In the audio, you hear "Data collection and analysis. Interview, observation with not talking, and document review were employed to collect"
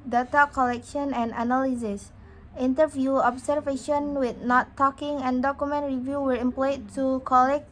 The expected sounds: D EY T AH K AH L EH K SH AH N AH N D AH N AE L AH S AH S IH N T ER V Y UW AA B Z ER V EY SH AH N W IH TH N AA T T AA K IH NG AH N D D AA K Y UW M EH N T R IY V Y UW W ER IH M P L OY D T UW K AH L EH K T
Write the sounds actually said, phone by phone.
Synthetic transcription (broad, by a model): D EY T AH K AH L EH K SH AH N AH N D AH N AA L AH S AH S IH N T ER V Y UW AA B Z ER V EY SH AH N W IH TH N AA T T AA K IH NG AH N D D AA K Y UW M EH N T R IY V Y UW W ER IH M P L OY T UW K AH L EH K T